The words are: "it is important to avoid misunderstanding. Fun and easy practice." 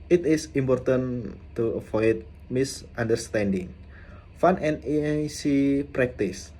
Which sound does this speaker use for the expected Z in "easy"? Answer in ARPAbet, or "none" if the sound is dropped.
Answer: S